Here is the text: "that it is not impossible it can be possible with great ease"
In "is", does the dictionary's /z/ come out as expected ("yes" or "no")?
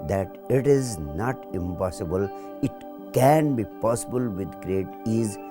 yes